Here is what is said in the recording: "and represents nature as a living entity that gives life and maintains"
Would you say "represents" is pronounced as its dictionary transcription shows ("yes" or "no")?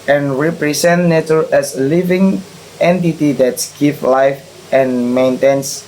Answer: no